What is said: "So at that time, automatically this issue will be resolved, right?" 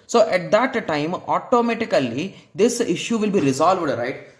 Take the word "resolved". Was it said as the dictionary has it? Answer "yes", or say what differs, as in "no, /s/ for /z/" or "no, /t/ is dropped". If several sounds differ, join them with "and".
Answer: yes